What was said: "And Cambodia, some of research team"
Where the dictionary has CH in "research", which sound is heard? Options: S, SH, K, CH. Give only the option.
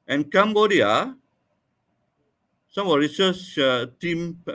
S